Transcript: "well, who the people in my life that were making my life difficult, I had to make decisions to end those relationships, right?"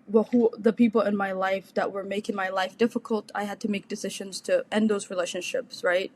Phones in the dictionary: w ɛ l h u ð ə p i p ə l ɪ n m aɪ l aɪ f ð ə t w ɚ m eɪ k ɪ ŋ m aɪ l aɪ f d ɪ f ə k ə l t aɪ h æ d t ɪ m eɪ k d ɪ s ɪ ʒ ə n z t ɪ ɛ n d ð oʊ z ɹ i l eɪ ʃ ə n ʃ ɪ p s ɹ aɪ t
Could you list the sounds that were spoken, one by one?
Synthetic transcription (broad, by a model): w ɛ l h u ð ə p i p l ɪ n m aɪ l aɪ f ð ə t w ɚ m eɪ k ɪ ŋ m aɪ l aɪ f d ɪ f ə k ə l t aɪ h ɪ d t ɪ m eɪ k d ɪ s ɪ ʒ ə n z t ɪ ɛ n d ð oʊ z ɹ i l eɪ ʃ ə n ʃ ɪ p s ɹ aɪ t